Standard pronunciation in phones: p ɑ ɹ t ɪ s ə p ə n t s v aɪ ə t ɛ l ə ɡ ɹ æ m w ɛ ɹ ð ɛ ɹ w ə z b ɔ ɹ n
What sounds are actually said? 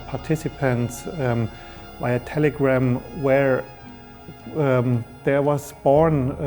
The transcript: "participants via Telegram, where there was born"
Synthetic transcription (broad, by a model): p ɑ ɹ t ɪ s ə p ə n t s b aɪ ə t ɛ l ə ɡ ɹ æ m w ɛ ɹ ð ɛ ɹ w ə z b ɔ ɹ n